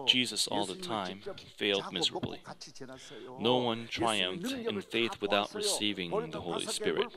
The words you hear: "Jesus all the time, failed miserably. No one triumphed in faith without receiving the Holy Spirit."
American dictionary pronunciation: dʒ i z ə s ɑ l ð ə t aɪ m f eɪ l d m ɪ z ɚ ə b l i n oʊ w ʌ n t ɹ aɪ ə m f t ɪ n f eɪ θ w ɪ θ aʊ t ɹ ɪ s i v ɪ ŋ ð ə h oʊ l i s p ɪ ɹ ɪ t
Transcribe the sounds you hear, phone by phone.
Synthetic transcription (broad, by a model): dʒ i z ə s ɑ l ð ə t aɪ m f eɪ l d m ɪ z ɚ ə b l i n oʊ w ʌ n t ɹ aɪ ə m f t ɪ n f eɪ θ w ɪ θ aʊ t ɹ ɪ s i v ɪ ŋ ð ə h oʊ l i s p ɪ ɹ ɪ t